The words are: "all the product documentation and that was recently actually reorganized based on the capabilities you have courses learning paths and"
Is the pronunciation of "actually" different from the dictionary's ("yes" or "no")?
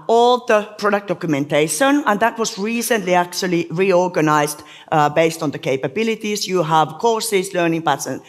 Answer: no